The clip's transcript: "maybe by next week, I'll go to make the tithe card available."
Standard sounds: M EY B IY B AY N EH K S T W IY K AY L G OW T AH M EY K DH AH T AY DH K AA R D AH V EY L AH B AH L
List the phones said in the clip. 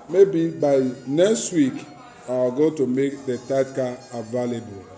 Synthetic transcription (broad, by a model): M EY B IY B AY N EH K S T W IY K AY W G OW T AH M EY K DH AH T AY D K AA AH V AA L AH B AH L